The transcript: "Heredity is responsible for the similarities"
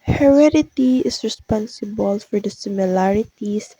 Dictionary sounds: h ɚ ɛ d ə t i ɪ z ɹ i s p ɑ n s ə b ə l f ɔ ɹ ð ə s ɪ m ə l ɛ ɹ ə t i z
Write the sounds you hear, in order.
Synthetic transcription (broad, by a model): h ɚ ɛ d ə t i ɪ s ɹ i s p ɑ n s ə b ə l f ɔ ɹ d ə s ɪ m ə l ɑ ɹ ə t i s